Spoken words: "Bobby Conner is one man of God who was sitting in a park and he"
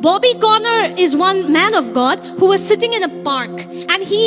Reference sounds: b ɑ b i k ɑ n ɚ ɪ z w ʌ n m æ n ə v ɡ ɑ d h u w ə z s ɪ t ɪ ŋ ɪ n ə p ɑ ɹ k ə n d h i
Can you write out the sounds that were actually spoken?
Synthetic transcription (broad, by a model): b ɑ b i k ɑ n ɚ ɪ z w ʌ n m æ n ə v ɡ ɑ d h u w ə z s ɪ t ɪ ŋ ɪ n ə p ɑ ɹ k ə n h i